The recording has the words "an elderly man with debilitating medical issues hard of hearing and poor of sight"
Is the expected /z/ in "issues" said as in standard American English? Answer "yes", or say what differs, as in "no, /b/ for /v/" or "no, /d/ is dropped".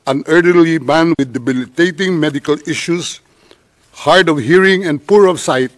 no, /s/ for /z/